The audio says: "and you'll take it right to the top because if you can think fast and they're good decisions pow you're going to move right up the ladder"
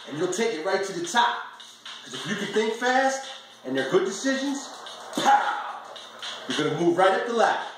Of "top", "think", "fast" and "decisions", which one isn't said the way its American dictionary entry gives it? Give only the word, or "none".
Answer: none